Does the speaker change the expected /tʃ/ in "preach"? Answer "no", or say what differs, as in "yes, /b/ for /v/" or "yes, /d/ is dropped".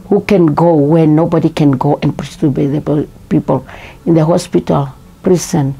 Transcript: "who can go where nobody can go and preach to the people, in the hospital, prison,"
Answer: yes, /s/ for /tʃ/